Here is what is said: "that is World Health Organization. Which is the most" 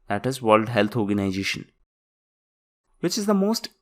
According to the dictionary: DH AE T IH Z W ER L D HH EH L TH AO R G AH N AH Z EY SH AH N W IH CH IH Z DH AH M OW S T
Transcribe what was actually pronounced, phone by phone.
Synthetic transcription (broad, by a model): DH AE T IH Z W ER L D HH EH L T AO R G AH N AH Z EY SH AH N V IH CH IH Z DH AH M OW S T